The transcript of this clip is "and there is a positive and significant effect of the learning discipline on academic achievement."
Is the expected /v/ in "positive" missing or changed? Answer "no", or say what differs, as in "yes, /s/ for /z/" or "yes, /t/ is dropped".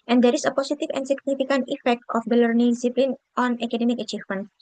yes, /f/ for /v/